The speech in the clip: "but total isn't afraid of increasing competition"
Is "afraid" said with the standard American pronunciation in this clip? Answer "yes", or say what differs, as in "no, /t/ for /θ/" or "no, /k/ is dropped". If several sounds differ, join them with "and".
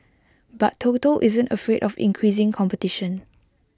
yes